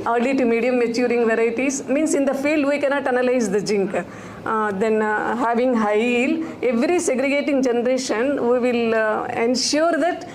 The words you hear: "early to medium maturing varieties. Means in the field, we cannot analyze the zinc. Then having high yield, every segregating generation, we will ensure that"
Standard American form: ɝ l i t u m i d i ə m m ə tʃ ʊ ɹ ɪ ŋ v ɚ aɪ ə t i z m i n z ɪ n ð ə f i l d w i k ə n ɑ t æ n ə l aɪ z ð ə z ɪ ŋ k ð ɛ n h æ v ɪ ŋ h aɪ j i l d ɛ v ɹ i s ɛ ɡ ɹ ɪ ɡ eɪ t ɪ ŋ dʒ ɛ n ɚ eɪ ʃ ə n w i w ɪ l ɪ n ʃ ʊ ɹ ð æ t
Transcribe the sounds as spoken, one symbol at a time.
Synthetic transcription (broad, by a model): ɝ l i t u m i d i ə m m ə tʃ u ɹ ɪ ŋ v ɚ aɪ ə t i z m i n s ɪ n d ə f i l d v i k ə n ɑ t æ n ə l aɪ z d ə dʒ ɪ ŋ k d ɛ n h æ v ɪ ŋ h aɪ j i l ɛ v ɹ i s ɛ ɡ ɹ ɪ ɡ eɪ t ɪ ŋ dʒ ɛ n ɚ eɪ ʃ ə n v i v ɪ l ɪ n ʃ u ɹ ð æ t